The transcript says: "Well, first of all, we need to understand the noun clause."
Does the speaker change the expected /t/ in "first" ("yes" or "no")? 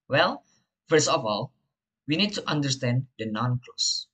yes